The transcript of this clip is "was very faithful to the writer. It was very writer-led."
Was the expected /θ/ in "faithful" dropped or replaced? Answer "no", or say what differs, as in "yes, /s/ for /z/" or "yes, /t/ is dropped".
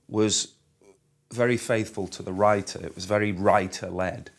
no